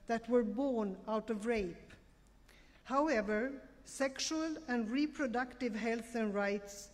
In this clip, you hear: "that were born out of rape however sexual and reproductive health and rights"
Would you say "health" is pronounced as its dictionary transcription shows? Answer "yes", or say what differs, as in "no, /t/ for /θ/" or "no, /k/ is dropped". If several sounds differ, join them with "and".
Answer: yes